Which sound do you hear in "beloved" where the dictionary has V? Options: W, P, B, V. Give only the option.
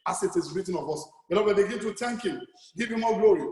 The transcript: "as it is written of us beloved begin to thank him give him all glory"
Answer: B